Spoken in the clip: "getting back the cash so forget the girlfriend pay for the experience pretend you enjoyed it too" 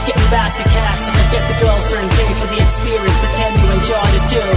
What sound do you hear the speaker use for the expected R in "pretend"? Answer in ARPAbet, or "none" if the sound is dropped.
none